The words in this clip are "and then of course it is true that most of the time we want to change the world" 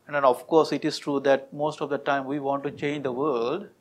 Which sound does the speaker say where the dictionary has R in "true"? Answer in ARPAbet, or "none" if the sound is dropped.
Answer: R